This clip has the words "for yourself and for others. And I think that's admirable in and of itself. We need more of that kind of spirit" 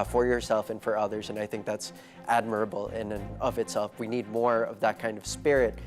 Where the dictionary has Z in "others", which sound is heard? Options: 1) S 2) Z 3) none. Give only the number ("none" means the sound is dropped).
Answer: 2